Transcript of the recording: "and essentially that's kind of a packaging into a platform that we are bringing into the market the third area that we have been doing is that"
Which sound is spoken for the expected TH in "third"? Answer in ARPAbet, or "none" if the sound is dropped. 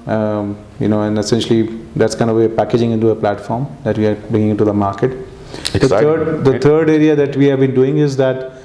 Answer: T